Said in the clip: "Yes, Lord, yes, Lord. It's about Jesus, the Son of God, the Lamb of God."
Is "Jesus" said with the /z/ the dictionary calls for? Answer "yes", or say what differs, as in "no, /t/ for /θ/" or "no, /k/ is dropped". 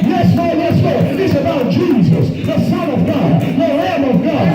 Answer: yes